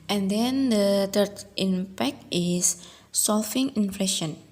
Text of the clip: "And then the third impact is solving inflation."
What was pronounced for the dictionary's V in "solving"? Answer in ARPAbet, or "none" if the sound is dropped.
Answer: F